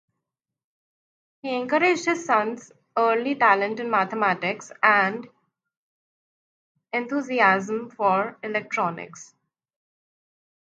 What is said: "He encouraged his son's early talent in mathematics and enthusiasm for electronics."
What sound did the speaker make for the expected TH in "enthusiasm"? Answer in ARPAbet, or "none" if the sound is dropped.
T